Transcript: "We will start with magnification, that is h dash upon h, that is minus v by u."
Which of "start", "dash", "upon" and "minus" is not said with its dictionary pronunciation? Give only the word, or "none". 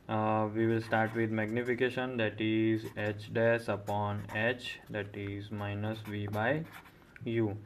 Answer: dash